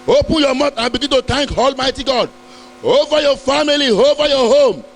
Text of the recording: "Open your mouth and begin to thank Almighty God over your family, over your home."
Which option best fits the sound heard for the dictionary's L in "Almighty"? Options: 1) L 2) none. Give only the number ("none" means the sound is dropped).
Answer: 1